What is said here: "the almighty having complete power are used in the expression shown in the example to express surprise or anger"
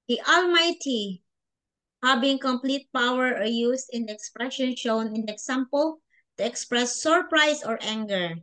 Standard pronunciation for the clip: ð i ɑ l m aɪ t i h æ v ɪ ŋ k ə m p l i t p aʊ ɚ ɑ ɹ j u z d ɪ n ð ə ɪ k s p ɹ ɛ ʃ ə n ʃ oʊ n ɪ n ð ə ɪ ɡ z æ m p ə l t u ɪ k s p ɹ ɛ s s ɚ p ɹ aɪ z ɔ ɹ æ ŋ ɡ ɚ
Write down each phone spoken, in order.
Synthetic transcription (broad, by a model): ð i ɑ l m aɪ t i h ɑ b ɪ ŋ k ə m p l i t p aʊ ɚ ɑ ɹ j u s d ɪ n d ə ɪ k s p ɹ ɛ ʃ ə n ʃ oʊ n ɪ n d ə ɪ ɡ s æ m p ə l t u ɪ k s p ɹ ɛ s s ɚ p ɹ aɪ s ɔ ɹ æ ŋ ɡ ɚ